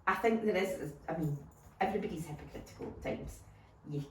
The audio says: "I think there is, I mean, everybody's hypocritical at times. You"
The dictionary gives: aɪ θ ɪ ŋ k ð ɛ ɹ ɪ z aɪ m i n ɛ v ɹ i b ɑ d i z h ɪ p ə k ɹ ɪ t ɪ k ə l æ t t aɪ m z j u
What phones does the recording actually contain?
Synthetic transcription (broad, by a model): aɪ θ ɪ ŋ k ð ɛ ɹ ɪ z aɪ m i n ɛ v ɹ i b ɑ d i z h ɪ p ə k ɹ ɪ t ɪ k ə l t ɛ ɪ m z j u